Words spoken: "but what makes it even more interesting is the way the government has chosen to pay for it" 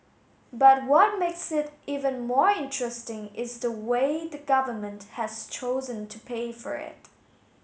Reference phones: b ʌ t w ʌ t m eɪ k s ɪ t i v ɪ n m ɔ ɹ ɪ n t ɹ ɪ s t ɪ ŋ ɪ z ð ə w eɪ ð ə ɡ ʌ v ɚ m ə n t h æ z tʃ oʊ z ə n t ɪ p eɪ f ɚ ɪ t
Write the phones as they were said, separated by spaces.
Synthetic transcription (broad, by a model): b ʌ t w ʌ t m eɪ k s ɪ t i v ɪ n m ɔ ɹ ɪ n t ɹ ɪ s t ɪ ŋ ɪ z ð ə w eɪ ð ə ɡ ʌ v ɚ m ə n t h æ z tʃ oʊ z ə n t ɪ p eɪ f ɚ ɪ t